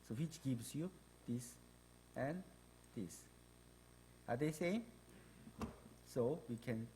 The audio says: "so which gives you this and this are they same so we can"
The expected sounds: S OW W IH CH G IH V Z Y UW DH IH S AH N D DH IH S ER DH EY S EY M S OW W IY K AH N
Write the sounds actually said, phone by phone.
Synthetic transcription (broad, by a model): S OW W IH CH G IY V S Y UW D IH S AH N D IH S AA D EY S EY S OW W IY K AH N